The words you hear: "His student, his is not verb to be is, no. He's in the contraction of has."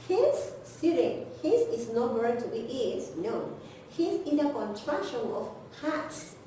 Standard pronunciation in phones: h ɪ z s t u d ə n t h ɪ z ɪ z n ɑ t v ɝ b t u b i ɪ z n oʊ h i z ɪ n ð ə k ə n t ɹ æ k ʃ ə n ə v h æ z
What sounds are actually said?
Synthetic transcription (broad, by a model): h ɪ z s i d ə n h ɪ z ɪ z n ɑ t w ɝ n t u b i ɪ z n oʊ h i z ɪ n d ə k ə n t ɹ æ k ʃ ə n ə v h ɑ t